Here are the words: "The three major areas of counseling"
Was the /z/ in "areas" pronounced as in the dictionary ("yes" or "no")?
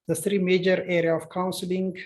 no